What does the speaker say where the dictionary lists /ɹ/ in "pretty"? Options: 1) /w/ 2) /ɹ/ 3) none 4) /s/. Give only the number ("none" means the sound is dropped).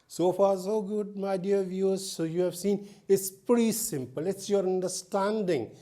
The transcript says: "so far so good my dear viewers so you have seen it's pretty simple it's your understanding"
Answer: 3